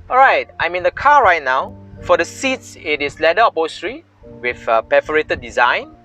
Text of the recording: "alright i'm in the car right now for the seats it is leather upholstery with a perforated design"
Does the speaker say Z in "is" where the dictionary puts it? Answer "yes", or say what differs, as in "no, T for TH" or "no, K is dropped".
no, S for Z